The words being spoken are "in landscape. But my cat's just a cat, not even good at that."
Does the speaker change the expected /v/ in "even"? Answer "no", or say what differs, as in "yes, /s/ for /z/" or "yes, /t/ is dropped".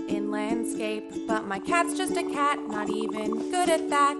no